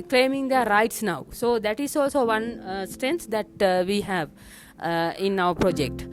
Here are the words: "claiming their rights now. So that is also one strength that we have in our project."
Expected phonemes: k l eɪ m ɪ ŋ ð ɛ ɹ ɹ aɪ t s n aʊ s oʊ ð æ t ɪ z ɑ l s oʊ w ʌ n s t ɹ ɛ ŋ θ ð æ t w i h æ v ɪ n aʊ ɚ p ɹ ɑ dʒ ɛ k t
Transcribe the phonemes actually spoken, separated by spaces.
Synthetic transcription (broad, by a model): k l eɪ m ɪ ŋ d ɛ ɹ ɹ aɪ t s n aʊ s oʊ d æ t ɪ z ɑ l s oʊ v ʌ n s t ɹ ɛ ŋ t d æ t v i h æ v ɪ n aʊ ɚ p ɹ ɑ dʒ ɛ k t